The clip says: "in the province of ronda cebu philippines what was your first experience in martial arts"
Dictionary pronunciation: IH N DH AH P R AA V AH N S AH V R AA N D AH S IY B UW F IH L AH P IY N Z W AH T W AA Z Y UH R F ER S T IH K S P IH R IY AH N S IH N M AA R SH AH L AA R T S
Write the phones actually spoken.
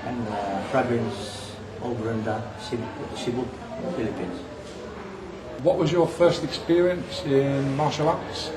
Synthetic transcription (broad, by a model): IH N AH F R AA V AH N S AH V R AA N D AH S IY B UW F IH L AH P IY N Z W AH T W AA Z Y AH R F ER S T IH K S P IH R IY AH N S IH N M AA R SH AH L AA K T S